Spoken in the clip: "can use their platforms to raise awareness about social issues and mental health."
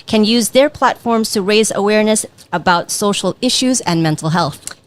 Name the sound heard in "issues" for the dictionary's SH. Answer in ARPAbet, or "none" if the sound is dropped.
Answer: SH